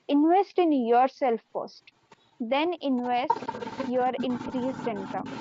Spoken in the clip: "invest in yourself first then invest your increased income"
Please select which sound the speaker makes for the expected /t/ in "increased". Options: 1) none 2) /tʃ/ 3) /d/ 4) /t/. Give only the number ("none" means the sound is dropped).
1